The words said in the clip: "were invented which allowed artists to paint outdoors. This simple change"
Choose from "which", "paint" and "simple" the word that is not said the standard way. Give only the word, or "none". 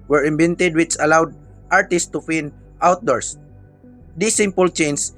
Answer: paint